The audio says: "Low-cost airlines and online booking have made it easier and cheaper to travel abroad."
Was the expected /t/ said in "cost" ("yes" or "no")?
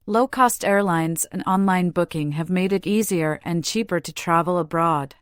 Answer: yes